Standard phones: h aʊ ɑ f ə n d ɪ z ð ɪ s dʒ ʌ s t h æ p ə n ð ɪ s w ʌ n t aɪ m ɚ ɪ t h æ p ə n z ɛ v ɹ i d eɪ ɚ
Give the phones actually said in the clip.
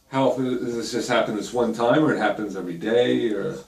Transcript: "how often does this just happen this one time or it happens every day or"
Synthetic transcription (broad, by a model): h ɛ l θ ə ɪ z ð ɪ s dʒ ʌ s t h æ p ə n ð ɪ s w ʌ n t aɪ m ɚ ɪ t h æ p ə n z ɛ v ɹ i d eɪ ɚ